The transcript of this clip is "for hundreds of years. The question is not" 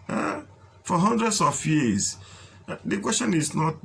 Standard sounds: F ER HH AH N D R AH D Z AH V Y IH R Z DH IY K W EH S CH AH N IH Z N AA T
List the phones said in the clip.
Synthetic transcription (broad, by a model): F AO HH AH N D R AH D S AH F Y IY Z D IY K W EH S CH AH N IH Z N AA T